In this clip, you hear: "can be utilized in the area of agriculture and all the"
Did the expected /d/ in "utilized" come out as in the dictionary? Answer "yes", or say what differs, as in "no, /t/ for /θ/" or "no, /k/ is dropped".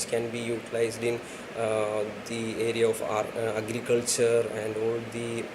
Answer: yes